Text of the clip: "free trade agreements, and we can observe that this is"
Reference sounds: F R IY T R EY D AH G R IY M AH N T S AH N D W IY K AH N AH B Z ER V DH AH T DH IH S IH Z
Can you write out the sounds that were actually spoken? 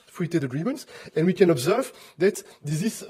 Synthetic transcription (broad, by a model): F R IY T EY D AH G R IY M AH N T S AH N W IY K AH N AH B Z ER V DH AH T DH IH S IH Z